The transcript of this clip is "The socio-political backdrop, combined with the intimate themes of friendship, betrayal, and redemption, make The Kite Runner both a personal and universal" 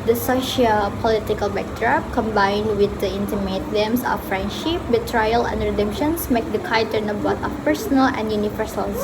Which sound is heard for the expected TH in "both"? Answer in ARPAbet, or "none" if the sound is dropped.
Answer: T